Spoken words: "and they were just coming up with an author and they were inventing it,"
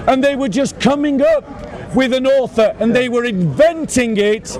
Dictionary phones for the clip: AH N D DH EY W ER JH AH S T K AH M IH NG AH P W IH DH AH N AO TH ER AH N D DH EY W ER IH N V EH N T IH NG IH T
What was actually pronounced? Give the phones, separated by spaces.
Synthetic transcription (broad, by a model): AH N DH EY W ER JH AH S K AH M IH NG AH P W IH DH AH N AO TH ER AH N DH EY W ER IH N V EH N T IH NG IH T